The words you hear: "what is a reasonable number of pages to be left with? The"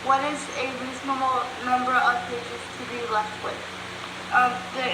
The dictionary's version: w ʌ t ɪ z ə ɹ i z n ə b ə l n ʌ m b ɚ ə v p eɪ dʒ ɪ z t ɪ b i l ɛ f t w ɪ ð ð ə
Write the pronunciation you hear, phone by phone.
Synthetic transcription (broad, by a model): w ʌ t ɪ z ə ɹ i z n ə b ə l n ʌ m b ɚ ə v p eɪ dʒ ɪ z t ɪ b i l ɛ f t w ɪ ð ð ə